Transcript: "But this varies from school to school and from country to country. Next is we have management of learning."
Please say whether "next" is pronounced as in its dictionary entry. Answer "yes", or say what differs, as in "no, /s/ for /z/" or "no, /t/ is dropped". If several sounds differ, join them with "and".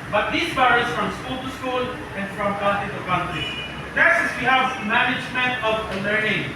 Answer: no, /k/ is dropped